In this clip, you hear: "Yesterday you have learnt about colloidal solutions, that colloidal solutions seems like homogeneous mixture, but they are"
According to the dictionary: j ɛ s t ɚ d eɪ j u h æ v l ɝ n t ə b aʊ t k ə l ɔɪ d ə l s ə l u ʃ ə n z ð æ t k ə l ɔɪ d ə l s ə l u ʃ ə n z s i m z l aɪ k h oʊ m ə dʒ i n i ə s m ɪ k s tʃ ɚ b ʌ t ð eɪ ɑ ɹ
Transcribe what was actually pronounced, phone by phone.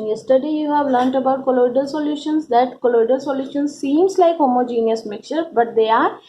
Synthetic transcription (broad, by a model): j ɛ s t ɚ d eɪ j u h æ v l ɝ n t ə b aʊ t k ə l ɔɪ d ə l s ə l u ʃ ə n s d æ t k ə l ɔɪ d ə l s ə l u ʃ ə n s s i m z l aɪ k h oʊ m ə dʒ i n i ə s m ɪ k tʃ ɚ b ʌ t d eɪ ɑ ɹ